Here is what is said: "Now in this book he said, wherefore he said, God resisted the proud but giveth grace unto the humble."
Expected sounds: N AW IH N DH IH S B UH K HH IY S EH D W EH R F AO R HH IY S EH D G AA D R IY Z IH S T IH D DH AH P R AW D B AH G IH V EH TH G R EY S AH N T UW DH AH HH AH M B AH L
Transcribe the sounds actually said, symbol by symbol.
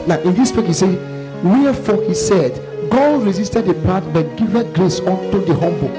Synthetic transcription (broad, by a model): N AW IH N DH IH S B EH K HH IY S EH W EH F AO HH IY S EH D G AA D R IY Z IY S T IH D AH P AW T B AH G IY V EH T G R EY S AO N T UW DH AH HH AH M B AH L